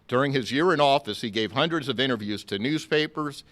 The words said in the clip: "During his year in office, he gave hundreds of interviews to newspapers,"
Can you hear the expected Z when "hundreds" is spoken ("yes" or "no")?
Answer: yes